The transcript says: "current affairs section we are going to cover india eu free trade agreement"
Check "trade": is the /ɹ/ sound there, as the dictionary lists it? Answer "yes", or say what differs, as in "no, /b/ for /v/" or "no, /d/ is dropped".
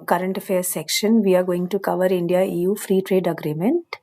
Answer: yes